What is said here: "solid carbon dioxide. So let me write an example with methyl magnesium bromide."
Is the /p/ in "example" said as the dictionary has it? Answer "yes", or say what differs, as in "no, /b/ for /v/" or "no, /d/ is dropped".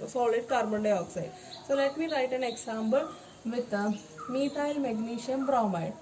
no, /b/ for /p/